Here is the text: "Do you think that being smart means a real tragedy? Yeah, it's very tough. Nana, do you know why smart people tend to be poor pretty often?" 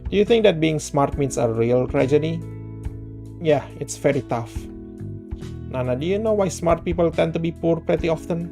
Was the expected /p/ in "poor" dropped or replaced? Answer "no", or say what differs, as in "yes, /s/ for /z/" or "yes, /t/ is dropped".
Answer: no